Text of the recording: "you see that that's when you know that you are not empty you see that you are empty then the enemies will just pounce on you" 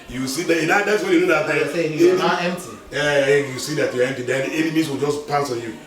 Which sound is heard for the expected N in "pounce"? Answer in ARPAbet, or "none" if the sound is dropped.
none